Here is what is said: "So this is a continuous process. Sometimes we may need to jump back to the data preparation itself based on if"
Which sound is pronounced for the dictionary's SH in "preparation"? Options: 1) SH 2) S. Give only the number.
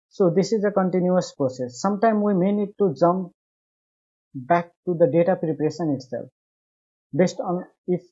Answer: 2